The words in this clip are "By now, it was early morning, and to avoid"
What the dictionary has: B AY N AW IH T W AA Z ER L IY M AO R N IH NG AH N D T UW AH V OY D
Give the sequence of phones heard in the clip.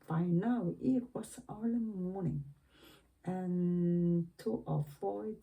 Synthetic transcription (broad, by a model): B AY N AW IH T W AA S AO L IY M AO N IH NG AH N T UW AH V OY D